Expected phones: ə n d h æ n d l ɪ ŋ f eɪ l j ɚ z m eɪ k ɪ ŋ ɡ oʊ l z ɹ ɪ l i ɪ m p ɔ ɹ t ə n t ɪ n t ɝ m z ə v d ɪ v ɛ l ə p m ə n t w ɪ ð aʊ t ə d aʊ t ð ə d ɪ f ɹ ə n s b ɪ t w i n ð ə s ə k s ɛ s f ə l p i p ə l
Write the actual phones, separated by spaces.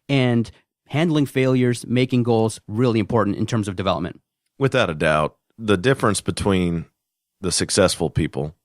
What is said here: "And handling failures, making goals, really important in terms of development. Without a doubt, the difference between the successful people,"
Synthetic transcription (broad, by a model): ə n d h æ n d l ɪ ŋ f eɪ l j ɚ z m eɪ k ɪ ŋ ɡ oʊ l z ɹ ɪ l i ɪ m p ɔ ɹ t n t ɪ n t ɝ m z ə v d ɪ v ɛ l ə p m ə n t w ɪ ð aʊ t ə d aʊ t ð ə d ɪ f ɹ ə n s b ɪ t w i n ð ə s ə k s ɛ s f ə l p i p l